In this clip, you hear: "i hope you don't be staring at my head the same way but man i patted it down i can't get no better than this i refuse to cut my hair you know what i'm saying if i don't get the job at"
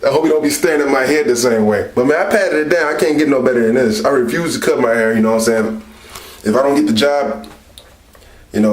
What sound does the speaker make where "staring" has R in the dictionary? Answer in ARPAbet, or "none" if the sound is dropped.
none